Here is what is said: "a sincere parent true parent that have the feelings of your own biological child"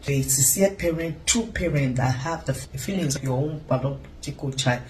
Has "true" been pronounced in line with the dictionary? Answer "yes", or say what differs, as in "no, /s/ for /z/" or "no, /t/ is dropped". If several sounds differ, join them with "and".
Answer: no, /ɹ/ is dropped